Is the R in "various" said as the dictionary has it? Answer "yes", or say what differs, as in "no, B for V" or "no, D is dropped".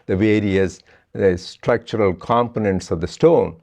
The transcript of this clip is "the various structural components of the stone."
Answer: yes